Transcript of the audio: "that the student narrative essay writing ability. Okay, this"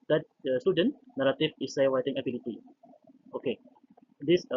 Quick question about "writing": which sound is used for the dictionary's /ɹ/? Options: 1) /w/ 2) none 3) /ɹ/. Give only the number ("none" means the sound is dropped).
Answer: 1